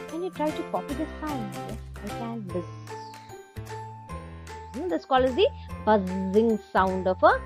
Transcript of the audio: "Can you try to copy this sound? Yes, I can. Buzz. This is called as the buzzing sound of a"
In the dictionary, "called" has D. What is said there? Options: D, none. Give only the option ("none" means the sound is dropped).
none